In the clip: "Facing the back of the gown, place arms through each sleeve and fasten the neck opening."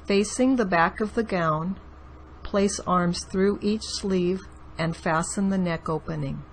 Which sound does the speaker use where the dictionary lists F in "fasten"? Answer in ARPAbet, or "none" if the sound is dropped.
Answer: F